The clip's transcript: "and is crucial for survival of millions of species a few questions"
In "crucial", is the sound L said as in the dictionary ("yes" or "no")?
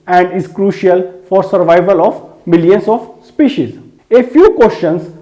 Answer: yes